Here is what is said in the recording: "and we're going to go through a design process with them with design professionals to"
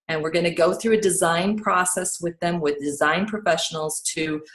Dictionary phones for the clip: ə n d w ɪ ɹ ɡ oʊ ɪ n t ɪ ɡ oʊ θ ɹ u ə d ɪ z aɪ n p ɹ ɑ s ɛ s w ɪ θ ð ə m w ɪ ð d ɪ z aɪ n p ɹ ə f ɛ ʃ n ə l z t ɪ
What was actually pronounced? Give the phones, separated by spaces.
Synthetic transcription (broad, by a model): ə n w ɪ ɹ ɡ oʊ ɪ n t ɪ ɡ oʊ θ ɹ u ə d ɪ z aɪ n p ɹ ɑ s ɛ s w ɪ ð ə m w ɪ ð d ɪ z aɪ n p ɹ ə f ɛ ʃ n l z t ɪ